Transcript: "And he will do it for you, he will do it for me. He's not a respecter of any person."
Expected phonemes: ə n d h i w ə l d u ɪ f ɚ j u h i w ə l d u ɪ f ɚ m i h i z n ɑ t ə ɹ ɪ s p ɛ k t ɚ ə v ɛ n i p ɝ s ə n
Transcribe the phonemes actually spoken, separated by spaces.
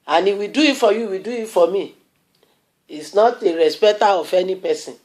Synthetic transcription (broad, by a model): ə n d i w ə d u ɪ f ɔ j u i w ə d u ɪ f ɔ m i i s n ɑ t ə ɹ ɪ s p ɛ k t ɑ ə f ɛ n i p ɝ s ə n